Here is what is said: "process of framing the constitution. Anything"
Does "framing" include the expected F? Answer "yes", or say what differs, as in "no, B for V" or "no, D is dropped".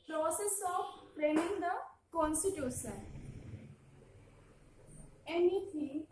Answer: no, P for F